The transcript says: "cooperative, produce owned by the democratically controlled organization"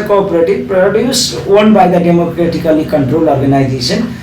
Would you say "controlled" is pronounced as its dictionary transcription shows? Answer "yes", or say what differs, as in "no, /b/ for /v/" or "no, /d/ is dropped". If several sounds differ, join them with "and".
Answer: no, /d/ is dropped